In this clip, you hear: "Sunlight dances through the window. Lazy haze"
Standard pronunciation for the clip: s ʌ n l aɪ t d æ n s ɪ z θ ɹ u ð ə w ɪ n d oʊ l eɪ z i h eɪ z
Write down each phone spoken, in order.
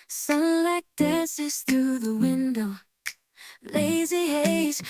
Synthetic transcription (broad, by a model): s ʌ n l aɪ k d æ n s ɪ z θ ɹ u ð ə w ɪ n d oʊ l eɪ z i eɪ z